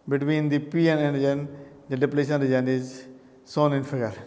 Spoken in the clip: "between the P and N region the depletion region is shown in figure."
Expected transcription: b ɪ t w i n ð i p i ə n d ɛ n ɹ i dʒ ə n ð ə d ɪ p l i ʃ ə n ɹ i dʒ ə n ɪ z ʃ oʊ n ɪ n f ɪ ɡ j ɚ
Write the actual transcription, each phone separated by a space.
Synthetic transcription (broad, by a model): b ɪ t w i n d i p i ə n ɛ n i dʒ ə n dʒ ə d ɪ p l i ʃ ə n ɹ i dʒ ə n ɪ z s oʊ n ɪ n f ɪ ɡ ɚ